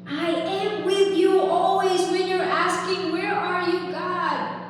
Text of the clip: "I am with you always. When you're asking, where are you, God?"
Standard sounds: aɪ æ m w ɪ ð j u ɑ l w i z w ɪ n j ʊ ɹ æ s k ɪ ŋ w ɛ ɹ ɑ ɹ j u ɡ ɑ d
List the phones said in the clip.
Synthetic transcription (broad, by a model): aɪ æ m w ɪ ð j u ɑ l w i z w ɪ n j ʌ ɹ æ s k ɪ ŋ w ɛ ɹ ɑ ɹ j u ɡ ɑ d